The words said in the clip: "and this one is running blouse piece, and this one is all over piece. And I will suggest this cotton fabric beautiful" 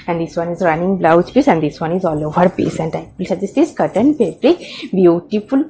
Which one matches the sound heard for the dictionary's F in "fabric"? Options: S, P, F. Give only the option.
P